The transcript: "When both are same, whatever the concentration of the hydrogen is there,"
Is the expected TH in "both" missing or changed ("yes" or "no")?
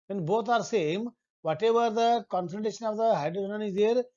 yes